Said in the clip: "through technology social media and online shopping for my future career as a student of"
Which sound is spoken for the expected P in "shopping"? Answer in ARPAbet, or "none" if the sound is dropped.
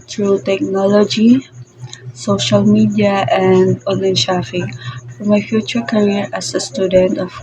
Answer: F